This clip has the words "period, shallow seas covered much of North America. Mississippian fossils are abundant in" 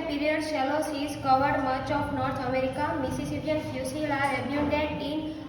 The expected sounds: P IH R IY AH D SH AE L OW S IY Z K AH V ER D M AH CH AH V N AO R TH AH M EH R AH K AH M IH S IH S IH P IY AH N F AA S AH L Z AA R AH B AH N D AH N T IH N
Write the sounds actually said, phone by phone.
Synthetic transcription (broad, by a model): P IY R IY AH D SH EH L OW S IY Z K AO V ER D M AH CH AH P N AO R T AH M EH R AH K AH M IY S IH S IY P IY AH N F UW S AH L AA R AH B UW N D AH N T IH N